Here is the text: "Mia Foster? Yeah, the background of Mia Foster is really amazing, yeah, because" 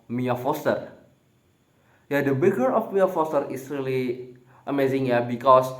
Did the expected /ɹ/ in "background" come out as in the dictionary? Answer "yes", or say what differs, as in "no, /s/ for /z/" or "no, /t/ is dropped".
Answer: no, /ɹ/ is dropped